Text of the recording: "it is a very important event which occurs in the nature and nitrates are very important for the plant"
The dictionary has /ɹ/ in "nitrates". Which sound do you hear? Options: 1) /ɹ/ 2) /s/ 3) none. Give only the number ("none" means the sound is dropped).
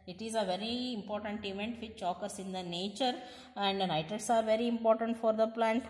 3